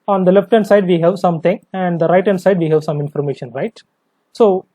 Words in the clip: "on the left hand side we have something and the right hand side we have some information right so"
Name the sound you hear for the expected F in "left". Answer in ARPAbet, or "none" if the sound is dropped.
F